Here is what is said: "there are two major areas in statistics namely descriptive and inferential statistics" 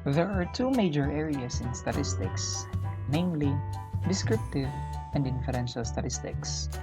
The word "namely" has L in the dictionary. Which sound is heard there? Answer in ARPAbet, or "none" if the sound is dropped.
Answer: L